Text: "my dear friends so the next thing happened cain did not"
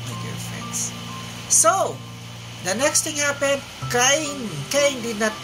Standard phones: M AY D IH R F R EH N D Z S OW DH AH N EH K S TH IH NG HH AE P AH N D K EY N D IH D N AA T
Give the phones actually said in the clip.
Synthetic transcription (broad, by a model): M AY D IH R F R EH N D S S OW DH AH N EH K S T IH NG HH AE P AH N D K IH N D IH D N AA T